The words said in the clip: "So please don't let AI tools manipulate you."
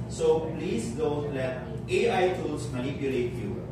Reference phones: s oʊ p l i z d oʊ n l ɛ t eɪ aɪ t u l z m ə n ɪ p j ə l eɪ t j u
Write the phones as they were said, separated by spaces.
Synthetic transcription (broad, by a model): s oʊ p l i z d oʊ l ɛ eɪ aɪ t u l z m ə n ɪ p j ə l eɪ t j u